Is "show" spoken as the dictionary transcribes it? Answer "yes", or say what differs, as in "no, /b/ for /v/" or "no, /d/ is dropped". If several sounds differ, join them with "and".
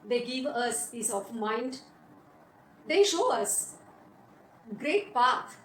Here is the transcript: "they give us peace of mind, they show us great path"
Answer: yes